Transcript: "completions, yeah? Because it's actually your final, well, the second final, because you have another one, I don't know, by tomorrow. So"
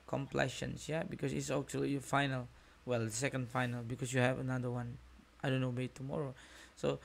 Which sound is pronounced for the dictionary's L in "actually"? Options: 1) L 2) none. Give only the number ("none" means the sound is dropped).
2